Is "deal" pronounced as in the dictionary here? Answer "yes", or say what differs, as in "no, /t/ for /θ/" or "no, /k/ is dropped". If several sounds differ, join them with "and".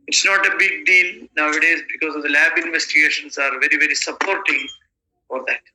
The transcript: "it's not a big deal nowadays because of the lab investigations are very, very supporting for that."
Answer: no, /n/ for /l/